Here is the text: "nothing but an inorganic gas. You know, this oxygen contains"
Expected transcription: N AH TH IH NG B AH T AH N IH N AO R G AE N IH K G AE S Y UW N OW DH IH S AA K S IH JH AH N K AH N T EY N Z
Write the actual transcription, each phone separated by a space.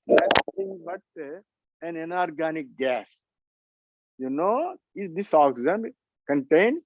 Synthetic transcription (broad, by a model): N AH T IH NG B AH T AH N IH N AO R G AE N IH K G AE S Y UW N OW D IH S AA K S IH Z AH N K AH N T EY N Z